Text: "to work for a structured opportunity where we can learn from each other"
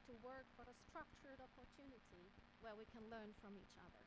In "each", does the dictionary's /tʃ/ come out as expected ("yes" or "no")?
yes